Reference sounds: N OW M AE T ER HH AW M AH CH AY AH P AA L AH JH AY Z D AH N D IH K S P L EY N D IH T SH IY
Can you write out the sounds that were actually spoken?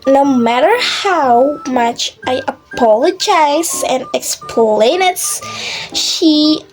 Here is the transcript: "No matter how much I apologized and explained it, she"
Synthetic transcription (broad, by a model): N OW M AE T ER HH AW M AH CH AY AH P AA L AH JH AY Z AH N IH K S P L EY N IH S SH IY